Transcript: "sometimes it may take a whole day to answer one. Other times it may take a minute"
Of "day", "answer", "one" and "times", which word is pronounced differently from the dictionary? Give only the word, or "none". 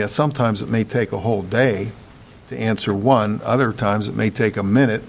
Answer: none